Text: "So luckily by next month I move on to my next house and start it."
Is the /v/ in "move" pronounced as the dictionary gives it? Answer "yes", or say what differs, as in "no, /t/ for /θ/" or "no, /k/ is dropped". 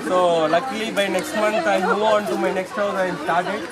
no, /v/ is dropped